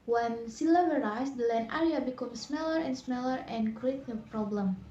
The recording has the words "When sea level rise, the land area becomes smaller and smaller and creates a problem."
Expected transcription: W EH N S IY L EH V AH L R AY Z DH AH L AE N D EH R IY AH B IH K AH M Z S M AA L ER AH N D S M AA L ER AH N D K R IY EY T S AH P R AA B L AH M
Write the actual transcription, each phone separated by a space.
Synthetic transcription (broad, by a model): W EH N S IY L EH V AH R AY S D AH L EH N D EH R IY AH B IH K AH M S S M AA L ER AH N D S M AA L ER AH N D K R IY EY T AH P R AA B L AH M